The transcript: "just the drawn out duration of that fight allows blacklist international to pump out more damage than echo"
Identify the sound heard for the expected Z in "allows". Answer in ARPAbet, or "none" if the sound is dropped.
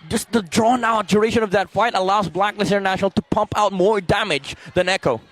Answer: Z